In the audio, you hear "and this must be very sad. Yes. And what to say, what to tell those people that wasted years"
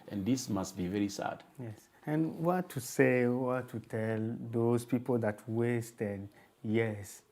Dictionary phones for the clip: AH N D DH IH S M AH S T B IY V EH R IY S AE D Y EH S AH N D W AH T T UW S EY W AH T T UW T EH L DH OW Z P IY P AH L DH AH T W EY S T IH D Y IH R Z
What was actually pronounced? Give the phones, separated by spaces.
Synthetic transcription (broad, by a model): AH N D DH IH S M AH S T B IY V EH R IY S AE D Y EH S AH N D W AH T T UW S EY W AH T T UW T EH L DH OW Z P IY P AH L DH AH T W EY S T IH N Y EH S